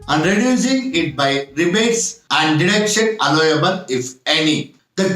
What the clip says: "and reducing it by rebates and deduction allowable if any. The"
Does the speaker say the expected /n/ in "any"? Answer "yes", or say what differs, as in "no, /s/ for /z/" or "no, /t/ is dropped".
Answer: yes